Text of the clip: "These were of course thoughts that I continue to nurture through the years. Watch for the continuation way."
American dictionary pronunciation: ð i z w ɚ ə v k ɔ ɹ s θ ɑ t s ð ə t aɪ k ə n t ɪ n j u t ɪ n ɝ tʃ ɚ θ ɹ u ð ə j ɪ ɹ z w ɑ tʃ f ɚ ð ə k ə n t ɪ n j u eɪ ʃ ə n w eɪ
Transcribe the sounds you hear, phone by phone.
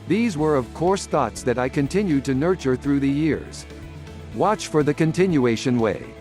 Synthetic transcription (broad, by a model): ð i z w ɚ ə v k ɔ ɹ s θ ɑ t s ð ə t aɪ k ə n t ɪ n j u t ɪ n ɝ tʃ ɚ θ ɹ u ð ə j ɪ ɹ z w ɑ tʃ f ɚ ð ə k ə n t ɪ n j u eɪ ʃ ə n w eɪ